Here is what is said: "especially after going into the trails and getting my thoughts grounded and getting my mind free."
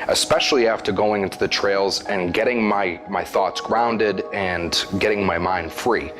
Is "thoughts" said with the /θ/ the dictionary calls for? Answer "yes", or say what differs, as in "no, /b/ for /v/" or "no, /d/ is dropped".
yes